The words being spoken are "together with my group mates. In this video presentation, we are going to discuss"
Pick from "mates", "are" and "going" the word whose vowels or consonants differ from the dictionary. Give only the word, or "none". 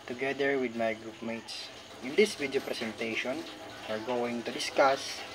none